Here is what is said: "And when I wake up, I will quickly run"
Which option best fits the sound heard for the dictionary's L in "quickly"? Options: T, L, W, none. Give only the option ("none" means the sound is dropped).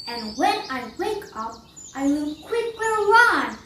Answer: W